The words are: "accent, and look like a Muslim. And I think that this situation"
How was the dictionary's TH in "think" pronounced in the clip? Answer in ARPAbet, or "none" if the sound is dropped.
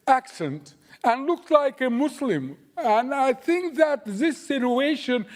TH